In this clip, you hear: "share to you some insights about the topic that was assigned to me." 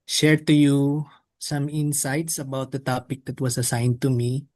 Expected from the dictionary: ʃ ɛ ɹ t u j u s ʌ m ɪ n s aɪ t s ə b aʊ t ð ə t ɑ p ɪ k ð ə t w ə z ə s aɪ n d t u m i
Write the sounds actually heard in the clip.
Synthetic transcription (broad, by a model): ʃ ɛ ɹ t u j u s ʌ m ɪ n s aɪ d s ə b aʊ t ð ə t ɑ p ɪ k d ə t w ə s ə s aɪ n d t u m i